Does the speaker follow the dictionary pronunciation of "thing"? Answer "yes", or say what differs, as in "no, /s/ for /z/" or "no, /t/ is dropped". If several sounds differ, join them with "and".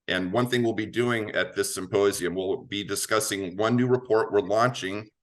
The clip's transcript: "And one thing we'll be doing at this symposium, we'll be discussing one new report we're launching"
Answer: yes